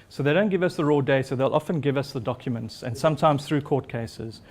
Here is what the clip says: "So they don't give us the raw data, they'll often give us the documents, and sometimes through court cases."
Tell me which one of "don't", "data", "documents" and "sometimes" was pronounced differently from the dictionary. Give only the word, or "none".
data